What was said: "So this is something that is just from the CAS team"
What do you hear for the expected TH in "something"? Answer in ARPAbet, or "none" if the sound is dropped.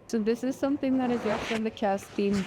TH